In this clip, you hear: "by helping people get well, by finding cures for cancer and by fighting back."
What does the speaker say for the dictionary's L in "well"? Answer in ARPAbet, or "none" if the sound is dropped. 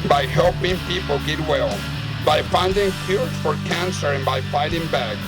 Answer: L